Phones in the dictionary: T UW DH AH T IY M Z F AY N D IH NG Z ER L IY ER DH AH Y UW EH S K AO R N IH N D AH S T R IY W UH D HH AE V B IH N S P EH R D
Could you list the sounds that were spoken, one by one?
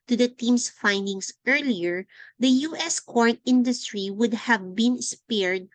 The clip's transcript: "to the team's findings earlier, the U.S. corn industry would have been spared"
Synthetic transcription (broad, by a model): T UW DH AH T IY M S F AY N D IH NG S ER L IY ER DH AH Y UW EH S K AO R N IH N D AH S T R IY W UH D HH AE V B IH N S P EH R D